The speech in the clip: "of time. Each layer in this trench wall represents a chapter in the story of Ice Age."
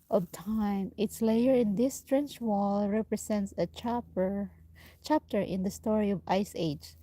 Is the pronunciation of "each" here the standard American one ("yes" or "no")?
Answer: no